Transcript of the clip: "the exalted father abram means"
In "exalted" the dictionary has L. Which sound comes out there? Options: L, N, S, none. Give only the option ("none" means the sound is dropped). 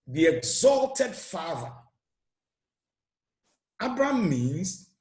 L